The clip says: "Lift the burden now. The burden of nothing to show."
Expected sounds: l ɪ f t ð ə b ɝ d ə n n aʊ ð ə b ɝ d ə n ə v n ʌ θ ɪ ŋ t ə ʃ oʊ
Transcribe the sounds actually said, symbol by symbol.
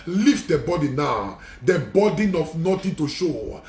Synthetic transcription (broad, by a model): l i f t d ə b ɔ d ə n n aʊ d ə b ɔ d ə n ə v n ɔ t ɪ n t ə ʃ oʊ